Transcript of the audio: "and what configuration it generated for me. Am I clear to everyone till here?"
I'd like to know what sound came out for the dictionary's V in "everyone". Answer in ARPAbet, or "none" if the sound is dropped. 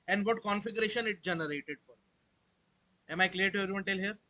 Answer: none